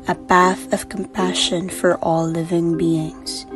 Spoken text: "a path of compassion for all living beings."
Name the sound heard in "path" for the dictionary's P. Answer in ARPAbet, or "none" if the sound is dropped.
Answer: B